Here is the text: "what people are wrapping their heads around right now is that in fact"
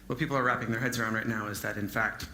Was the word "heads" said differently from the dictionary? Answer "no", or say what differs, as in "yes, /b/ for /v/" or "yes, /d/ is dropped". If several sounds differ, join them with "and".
no